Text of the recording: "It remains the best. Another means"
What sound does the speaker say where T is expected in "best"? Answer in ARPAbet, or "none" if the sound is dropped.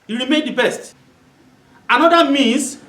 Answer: T